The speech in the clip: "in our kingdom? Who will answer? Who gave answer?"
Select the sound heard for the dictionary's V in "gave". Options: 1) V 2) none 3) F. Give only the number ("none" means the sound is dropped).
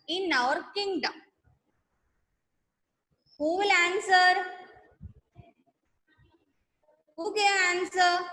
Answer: 2